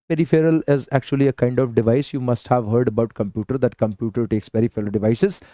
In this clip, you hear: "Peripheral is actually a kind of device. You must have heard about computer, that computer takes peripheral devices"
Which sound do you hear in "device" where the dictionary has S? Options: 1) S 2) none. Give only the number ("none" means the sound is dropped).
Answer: 1